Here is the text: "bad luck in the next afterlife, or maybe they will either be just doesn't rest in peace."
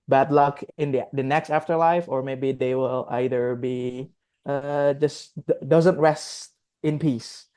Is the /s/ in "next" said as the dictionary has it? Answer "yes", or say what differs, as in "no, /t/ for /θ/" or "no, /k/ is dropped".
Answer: yes